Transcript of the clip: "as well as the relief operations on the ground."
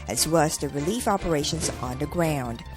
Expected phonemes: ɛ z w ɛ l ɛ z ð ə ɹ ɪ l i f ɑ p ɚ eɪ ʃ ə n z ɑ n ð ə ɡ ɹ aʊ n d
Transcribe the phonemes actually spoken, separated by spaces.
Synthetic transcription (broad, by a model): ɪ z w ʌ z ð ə ɹ ɪ l i f ɑ p ɚ eɪ ʃ ə n z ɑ n ð ə ɡ ɹ aʊ n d